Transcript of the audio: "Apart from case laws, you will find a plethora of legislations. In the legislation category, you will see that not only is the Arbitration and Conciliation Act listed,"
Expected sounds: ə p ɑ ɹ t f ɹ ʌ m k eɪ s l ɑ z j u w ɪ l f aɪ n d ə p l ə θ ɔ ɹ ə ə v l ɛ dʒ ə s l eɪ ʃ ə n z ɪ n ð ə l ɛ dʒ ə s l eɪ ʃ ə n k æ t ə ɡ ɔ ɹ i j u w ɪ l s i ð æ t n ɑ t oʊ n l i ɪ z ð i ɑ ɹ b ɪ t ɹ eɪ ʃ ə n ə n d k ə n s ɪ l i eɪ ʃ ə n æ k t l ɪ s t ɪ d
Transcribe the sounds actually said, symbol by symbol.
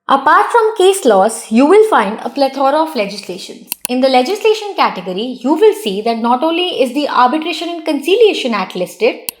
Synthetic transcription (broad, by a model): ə p ɑ ɹ t f ɹ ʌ m k eɪ s l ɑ s j u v ɪ l f aɪ n d ə p l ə t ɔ ɹ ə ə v l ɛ dʒ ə s l eɪ ʃ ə n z ɪ n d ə l ɛ dʒ ə s l eɪ ʃ ə n k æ t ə ɡ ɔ ɹ i j u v ɪ l s i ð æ t n ɑ t oʊ n l i ɪ z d i ɑ ɹ b ɪ t ɹ eɪ ʃ ə n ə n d k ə n s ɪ l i eɪ ʃ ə n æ t l ɪ s t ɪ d